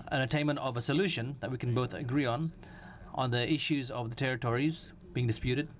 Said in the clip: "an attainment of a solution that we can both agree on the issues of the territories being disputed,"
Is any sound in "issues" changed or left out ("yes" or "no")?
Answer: no